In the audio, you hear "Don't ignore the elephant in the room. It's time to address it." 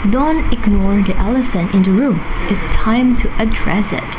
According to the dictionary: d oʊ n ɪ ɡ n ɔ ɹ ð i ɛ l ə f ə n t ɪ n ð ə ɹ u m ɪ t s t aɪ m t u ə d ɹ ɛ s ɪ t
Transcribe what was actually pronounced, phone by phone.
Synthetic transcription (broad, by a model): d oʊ n ɪ ɡ n ɔ ɹ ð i ɛ l ə f ə n t ɪ n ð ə ɹ u m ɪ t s t aɪ m t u ə d ɹ ɛ s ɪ t